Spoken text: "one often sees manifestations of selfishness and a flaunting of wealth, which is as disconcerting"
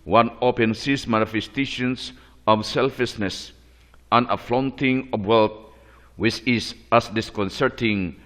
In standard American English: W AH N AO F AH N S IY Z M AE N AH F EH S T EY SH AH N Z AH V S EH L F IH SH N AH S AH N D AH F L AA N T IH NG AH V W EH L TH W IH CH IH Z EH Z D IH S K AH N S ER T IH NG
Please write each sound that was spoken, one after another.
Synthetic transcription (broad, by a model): W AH N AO P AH N S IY S M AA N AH F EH S T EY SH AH N S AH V S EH L F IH S N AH S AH N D AH F L AA N T IH NG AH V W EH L T W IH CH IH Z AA S D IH S K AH N S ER T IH NG